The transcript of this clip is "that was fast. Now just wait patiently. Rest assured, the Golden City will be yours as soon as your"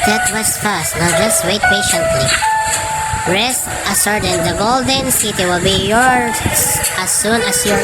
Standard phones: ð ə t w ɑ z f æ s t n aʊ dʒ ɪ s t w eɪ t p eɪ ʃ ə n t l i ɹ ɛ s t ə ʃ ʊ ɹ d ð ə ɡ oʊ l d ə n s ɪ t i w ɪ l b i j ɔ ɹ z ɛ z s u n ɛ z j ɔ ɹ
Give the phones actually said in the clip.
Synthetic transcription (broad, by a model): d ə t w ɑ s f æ s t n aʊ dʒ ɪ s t w eɪ t p eɪ ʃ ə n t l i ɹ ɛ s t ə s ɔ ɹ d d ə ɡ oʊ l d ə n s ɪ t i w ɪ l b i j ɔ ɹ s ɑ s u n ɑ s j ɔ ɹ